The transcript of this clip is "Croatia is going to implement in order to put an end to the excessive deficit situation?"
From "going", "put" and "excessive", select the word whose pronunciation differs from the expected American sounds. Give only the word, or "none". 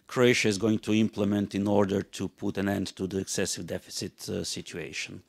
none